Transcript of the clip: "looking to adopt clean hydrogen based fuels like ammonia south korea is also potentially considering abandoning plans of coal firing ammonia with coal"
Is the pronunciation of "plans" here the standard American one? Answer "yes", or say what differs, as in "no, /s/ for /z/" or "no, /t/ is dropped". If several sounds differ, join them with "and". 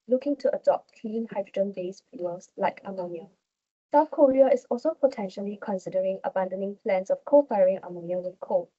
no, /s/ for /z/